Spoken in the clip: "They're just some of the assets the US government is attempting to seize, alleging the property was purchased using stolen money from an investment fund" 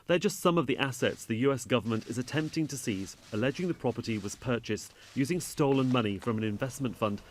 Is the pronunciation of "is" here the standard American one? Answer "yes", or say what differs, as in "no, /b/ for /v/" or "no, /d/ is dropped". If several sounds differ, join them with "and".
yes